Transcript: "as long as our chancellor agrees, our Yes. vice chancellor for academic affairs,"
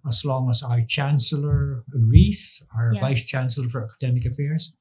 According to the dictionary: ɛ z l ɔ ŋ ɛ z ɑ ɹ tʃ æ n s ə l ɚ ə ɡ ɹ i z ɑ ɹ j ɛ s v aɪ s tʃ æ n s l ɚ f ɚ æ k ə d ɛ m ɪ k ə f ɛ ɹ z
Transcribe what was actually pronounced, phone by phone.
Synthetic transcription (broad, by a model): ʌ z l ɔ ŋ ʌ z ɑ ɹ tʃ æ n s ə l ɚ ə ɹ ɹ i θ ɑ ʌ v aɪ s tʃ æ n s l ɚ f ɚ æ k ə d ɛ m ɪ k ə f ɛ ɹ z